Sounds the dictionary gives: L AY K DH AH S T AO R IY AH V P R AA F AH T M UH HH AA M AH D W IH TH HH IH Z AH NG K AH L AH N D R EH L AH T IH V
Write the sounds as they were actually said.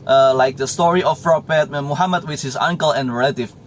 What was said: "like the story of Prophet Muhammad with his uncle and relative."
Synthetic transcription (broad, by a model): L AY K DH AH S T AO R IY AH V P R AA P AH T M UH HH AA M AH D W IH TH HH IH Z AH NG K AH L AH N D R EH L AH T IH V